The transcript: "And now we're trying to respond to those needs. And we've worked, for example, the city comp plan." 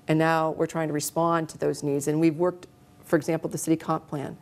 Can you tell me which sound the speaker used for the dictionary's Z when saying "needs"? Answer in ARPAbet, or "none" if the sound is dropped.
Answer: Z